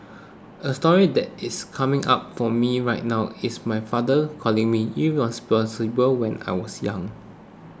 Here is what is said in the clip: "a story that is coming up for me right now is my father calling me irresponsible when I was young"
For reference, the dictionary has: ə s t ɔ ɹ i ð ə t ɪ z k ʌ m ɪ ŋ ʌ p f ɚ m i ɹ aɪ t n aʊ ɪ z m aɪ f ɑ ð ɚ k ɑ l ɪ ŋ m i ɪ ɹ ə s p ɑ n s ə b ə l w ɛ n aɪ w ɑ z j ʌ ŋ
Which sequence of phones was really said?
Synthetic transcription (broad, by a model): ə s t ɔ ɹ i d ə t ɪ s k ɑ m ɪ ŋ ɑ p f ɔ m i ɹ aɪ t n aʊ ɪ s m aɪ f ɑ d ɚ k ɑ l ɪ ŋ m i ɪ w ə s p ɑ s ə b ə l w ɛ n aɪ w ɑ s j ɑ ŋ